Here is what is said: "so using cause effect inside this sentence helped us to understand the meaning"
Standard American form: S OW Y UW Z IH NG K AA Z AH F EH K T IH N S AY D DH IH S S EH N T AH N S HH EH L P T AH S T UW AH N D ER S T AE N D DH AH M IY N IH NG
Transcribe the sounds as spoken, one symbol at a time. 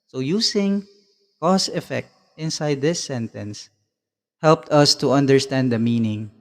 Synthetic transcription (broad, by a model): S OW Y UW S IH NG K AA S AH F EH K T IH N S AY D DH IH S S EH N T AH N S HH EH L P T AH S T UW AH N D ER S T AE N D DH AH M IY N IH NG